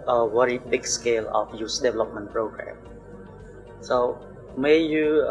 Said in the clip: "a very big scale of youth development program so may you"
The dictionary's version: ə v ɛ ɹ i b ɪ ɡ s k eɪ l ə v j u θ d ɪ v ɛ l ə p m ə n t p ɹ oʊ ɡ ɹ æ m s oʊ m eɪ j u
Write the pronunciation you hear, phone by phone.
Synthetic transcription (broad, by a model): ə w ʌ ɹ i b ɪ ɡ s k eɪ l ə f j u s d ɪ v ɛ l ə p m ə n p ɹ oʊ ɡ ɹ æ m s oʊ m eɪ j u